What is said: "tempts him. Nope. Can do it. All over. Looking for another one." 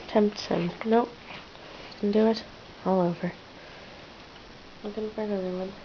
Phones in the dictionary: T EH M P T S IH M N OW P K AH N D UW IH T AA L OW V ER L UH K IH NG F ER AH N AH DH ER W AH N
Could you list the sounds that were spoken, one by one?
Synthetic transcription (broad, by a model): T EH M P T S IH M N OW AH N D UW IH T AA L OW V ER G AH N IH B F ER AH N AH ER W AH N